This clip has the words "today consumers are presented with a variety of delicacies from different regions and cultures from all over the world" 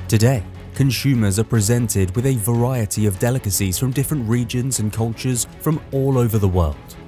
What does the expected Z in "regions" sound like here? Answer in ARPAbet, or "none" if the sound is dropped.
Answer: Z